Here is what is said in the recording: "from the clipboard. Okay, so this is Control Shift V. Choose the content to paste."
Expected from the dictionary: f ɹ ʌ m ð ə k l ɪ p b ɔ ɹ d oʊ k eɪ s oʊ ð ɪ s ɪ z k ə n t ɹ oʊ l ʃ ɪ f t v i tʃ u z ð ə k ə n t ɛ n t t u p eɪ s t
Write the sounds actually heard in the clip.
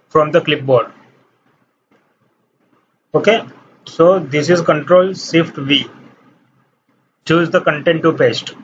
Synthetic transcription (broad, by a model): f ɹ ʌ m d ə k l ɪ p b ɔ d oʊ k eɪ s oʊ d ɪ s ɪ z k ə n t ɹ oʊ l s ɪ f t v i tʃ u z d ə k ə n t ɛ n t t u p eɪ s t